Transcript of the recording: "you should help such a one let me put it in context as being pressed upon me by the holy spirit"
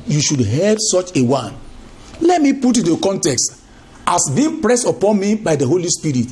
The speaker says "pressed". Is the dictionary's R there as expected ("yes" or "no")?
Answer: yes